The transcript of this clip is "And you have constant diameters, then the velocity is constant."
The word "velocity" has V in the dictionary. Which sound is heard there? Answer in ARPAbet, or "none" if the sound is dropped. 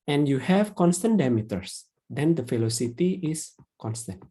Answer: F